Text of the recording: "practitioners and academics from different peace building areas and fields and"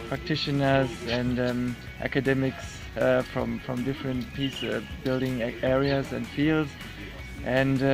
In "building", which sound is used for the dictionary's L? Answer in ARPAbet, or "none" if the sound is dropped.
L